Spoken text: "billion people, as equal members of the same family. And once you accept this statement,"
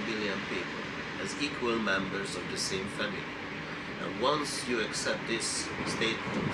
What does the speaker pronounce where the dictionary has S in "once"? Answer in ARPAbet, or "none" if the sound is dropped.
S